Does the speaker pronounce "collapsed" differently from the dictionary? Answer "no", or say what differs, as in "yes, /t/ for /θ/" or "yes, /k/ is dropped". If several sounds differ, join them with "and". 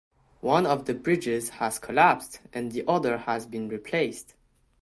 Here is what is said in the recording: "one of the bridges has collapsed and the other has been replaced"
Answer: no